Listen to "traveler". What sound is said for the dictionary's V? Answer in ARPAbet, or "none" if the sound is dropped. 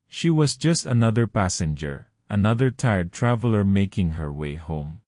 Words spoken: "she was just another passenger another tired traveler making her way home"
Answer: V